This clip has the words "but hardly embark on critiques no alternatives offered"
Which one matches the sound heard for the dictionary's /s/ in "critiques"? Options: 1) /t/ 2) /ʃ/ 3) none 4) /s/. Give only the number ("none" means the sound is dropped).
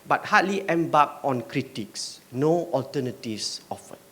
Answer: 4